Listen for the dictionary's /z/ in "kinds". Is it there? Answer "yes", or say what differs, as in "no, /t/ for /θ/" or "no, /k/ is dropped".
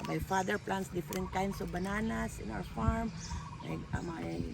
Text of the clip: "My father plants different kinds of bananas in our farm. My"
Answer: no, /s/ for /z/